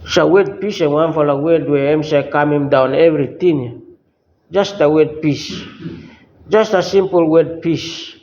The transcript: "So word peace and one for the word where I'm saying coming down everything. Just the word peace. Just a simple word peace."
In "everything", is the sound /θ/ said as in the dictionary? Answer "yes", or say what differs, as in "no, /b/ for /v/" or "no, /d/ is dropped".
no, /t/ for /θ/